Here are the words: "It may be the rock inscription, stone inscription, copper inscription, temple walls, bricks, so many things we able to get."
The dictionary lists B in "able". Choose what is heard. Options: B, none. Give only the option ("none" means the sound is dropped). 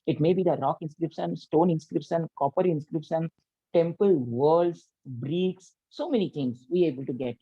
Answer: B